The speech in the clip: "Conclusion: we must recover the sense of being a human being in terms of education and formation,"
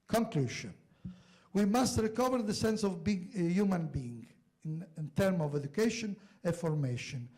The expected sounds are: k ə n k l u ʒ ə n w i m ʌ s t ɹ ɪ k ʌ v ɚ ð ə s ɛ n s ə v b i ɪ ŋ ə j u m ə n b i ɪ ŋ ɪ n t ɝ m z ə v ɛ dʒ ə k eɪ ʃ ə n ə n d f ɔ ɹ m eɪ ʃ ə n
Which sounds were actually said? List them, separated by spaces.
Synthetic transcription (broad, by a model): k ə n k l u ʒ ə n w i m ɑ s t ɹ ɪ k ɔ v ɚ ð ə s ɛ n s ə v b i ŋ j u m ə n b i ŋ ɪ n t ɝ m ə v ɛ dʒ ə k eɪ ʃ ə n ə f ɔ ɹ m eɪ ʃ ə n